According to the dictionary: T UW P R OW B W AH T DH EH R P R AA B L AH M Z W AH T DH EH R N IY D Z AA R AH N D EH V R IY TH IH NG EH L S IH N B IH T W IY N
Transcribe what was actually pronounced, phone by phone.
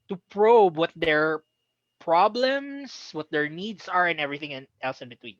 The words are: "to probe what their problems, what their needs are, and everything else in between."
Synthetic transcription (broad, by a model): T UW P R OW B W AH T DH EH R P R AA B L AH M S W AH T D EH R N IY D S AA R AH N EH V R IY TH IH NG EH L S IH N B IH T W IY N